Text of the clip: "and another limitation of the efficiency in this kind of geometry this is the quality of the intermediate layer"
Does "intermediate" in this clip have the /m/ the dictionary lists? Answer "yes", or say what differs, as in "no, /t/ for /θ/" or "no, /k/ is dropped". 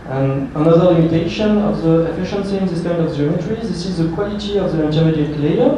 no, /m/ is dropped